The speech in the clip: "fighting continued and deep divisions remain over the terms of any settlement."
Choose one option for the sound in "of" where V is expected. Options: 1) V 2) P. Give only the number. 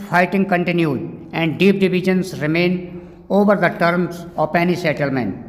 2